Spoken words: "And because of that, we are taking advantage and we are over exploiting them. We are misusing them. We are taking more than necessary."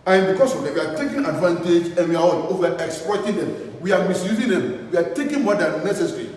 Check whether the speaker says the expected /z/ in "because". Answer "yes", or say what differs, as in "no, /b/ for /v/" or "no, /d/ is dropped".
no, /s/ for /z/